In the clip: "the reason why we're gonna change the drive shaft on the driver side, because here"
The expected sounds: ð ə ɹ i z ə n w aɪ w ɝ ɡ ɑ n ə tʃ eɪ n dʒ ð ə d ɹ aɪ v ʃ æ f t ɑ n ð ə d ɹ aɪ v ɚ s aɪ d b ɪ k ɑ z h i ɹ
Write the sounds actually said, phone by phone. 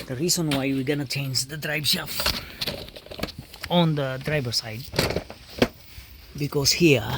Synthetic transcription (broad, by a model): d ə ɹ i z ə n w aɪ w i ɡ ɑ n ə tʃ eɪ n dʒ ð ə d ɹ aɪ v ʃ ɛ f ɑ n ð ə d ɹ aɪ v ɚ s aɪ d b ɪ k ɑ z h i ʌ